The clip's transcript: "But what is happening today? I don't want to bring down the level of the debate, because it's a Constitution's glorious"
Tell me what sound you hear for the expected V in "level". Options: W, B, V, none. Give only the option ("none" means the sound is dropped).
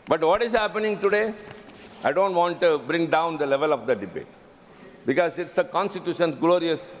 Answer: V